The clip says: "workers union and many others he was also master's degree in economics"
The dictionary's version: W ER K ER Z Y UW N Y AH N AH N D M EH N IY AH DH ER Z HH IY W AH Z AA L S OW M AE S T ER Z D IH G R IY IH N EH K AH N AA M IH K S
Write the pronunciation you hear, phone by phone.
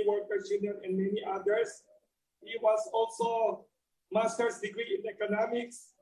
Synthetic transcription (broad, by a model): W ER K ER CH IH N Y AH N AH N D M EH N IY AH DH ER S HH IY W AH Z AA L S OW M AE S T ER S D IH G R IY IH N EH K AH N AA M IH K S